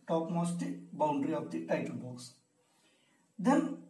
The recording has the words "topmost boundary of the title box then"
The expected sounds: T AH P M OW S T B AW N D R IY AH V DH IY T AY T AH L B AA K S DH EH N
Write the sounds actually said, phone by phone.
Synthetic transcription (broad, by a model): T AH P M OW S T B AW N D R IY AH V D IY T AY T AH L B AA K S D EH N